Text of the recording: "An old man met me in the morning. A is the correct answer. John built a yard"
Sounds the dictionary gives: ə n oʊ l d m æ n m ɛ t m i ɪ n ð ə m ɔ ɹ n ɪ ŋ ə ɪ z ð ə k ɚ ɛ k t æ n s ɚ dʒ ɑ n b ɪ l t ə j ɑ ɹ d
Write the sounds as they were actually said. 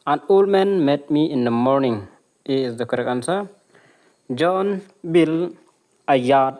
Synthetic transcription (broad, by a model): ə n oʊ l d m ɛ n m ɛ t m i ɪ n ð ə m ɔ ɹ n ɪ ŋ ə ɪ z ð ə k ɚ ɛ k ɑ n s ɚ dʒ ɑ n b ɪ l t ə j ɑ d